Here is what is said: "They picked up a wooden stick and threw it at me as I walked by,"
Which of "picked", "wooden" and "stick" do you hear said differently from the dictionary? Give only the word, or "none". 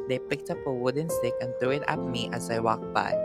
none